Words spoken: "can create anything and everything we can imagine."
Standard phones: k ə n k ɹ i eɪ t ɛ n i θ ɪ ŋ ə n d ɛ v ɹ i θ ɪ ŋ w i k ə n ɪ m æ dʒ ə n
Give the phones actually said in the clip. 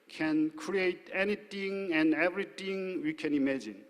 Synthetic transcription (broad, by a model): k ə n k ɹ i eɪ t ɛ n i t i ŋ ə n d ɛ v ɹ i t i ŋ w i k ə n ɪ m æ dʒ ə n